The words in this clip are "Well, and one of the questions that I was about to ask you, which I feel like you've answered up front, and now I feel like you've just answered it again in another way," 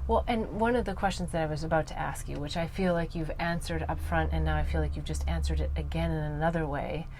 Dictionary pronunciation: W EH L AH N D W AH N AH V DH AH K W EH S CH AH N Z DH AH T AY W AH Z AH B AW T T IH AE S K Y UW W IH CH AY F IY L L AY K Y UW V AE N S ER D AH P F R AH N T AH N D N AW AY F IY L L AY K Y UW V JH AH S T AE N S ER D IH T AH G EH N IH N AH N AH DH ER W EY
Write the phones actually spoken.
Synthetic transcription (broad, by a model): W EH L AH N W AH N AH V DH AH K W EH S CH N Z DH AH T AY W AH Z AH B AW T T IH AE S K Y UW W IH CH AY F IY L L AY K Y UW V AE N S ER D AH P F R AH N T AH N N AW AY F IY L L AY K Y UW V JH AH S T AE N S ER D IH T AH G EH N IH N AH N AH DH ER W EY